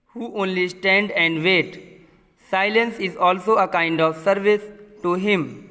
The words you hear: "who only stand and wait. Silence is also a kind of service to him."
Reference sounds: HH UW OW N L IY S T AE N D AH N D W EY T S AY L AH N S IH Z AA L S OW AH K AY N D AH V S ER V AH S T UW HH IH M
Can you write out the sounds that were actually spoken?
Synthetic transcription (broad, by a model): HH UW OW N L IY S T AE N D AH N D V EY T S AY L AH N S IH Z AA L S OW AH K AY N D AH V S ER V AH S T UW HH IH M